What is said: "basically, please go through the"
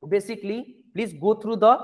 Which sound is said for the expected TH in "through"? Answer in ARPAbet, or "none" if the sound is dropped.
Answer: T